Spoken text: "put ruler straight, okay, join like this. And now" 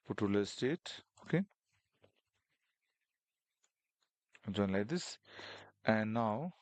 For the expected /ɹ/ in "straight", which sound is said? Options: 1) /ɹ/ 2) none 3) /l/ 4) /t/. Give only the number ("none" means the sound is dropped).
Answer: 2